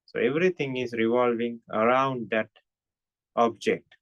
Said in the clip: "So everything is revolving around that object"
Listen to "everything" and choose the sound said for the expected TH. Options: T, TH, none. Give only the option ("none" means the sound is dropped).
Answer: T